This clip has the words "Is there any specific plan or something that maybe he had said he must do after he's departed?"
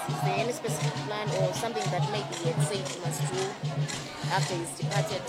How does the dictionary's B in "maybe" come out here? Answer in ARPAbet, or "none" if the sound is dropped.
none